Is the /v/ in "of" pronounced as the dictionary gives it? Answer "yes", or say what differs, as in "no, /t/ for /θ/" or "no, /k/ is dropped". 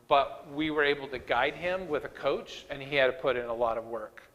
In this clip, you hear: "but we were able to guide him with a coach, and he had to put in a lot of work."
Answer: yes